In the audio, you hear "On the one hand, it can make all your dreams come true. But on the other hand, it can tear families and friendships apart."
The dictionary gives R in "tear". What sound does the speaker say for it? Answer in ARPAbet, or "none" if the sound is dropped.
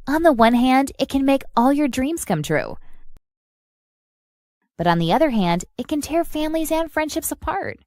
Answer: R